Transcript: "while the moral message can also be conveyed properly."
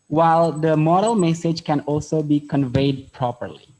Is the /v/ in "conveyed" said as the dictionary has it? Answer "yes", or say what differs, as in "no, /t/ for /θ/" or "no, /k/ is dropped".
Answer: yes